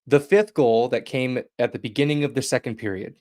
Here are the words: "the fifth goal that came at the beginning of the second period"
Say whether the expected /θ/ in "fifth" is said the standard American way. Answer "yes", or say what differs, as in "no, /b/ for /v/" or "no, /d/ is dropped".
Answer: yes